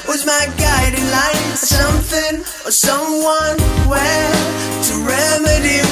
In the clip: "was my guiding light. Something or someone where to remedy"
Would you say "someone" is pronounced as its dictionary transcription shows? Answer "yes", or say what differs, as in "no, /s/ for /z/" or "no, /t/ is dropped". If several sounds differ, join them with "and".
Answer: yes